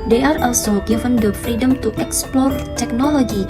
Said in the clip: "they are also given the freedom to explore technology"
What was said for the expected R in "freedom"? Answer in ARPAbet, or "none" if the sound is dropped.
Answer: R